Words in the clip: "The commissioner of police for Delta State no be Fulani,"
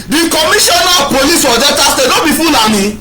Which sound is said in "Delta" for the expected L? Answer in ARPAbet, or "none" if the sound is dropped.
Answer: none